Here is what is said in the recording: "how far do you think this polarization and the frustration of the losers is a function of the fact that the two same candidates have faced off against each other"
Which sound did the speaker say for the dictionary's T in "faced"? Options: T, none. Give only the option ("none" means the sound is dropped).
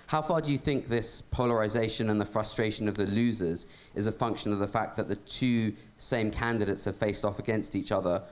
T